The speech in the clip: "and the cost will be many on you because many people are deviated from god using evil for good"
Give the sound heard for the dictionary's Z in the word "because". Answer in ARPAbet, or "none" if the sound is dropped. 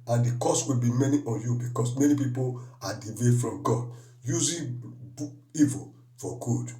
S